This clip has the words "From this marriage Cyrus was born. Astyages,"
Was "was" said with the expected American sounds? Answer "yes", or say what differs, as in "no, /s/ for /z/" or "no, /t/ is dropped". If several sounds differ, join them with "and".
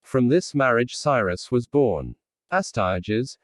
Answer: yes